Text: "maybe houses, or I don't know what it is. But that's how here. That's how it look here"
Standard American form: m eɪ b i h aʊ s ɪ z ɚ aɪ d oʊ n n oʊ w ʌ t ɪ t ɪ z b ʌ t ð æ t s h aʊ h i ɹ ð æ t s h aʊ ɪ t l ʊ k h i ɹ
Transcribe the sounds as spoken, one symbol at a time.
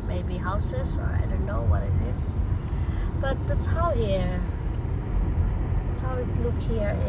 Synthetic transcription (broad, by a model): m eɪ b i h aʊ s ɪ z ɚ aɪ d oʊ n n oʊ w ʌ t ɪ t ɪ z b ʌ t ð æ t s h aʊ h i ɹ ð æ t s h aʊ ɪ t l ʊ k h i ɹ